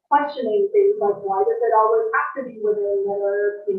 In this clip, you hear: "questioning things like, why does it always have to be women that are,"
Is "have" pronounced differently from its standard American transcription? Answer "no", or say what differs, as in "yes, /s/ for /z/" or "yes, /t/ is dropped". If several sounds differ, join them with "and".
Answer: yes, /f/ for /v/